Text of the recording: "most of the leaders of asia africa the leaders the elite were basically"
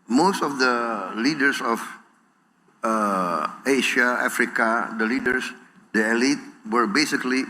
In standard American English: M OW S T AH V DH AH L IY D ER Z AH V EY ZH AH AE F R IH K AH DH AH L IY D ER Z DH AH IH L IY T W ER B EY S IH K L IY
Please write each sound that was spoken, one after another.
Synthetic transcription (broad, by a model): M OW S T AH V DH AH L IY D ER S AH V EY SH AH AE F R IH K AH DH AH L IY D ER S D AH IH L IY T W ER B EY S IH K L IY